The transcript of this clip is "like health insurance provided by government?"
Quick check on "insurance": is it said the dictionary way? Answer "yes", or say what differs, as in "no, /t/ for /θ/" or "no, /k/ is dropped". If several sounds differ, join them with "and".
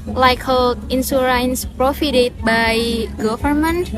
no, /s/ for /ʃ/